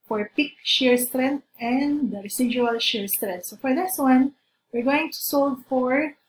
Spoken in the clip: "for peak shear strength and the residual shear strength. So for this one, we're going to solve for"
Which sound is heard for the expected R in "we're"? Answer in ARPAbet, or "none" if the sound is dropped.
R